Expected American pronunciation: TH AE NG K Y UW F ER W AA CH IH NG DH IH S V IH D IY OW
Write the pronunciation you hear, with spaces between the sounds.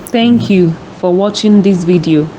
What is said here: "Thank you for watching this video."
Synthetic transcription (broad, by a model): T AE NG K Y UW F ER W AA CH IH NG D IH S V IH D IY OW